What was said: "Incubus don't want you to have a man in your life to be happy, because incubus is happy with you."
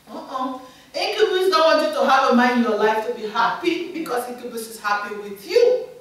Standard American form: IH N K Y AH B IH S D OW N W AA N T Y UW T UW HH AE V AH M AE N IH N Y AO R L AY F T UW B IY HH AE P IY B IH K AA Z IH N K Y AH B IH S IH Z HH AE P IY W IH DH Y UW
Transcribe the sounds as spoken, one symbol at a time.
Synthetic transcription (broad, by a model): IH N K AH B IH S D OW N W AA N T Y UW T UW HH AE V AH M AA IH N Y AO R L AY F T UW B IY HH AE P IY B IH K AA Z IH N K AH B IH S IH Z HH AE P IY W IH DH Y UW